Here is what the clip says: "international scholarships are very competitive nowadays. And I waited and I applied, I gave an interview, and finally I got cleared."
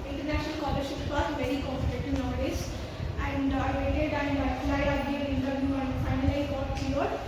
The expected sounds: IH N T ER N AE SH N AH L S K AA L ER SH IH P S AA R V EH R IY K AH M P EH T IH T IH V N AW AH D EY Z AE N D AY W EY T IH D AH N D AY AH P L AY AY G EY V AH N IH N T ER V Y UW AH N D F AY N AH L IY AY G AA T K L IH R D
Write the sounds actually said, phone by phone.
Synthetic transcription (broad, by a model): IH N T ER N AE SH N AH L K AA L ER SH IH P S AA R V EH R IY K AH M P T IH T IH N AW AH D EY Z AE N D AY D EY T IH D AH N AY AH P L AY AY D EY AH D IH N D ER Y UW AH N D F AY N AH L IY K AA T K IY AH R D